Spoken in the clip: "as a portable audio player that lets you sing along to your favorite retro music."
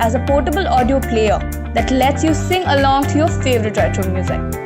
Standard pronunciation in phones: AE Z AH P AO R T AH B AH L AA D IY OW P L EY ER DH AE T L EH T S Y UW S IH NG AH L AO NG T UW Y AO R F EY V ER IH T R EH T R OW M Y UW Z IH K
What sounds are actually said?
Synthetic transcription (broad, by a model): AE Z AH P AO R T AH B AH L AA D IY OW P L EY ER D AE T L EH T S Y UW S IH NG AH L AO NG T UW Y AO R F EY V ER IH T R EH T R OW M Y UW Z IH K